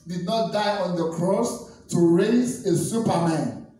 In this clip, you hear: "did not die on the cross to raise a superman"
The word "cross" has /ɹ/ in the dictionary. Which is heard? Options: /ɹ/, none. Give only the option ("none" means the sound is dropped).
/ɹ/